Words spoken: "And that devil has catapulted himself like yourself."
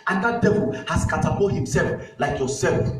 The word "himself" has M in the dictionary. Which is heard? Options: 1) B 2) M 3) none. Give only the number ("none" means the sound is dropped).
2